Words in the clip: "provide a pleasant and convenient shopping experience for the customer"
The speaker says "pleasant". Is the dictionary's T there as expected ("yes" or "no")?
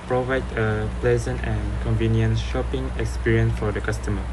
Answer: yes